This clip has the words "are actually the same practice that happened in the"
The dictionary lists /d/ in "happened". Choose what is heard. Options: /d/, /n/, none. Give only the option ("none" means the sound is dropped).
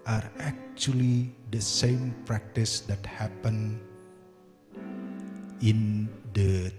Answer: none